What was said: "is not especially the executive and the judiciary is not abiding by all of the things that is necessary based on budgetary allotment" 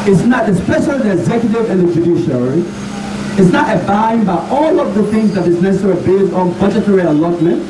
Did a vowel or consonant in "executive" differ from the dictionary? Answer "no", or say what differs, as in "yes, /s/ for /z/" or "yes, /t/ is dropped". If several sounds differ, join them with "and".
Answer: no